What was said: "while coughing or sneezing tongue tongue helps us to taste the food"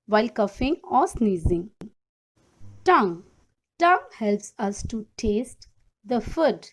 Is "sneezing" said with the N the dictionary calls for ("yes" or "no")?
yes